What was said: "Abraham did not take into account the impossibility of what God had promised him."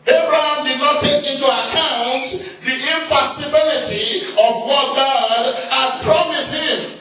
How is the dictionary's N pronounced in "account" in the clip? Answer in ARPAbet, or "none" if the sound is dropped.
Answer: N